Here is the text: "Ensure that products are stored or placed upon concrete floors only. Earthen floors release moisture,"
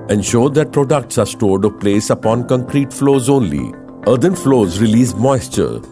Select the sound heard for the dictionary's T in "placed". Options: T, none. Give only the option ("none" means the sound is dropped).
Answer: none